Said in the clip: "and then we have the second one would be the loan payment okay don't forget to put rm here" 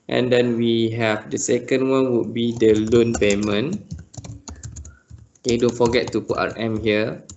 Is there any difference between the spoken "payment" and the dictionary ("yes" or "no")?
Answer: yes